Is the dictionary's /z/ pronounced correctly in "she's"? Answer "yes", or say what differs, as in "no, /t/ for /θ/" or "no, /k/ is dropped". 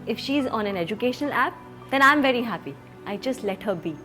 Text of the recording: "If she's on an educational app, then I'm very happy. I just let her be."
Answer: yes